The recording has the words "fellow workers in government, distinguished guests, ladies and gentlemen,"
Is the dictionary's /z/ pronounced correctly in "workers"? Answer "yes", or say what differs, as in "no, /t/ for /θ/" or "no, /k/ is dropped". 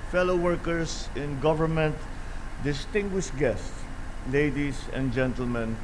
no, /s/ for /z/